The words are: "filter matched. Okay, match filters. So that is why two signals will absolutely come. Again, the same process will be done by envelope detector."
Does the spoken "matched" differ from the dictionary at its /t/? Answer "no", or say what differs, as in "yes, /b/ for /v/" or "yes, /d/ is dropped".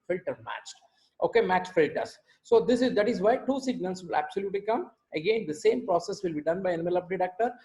no